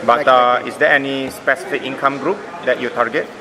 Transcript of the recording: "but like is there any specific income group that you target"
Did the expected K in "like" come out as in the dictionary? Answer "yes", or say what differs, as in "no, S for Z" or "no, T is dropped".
no, K is dropped